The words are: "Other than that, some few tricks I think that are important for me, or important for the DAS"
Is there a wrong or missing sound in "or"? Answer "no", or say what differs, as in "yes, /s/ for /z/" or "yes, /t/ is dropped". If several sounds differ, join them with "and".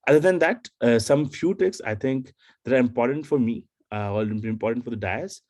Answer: yes, /l/ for /ɹ/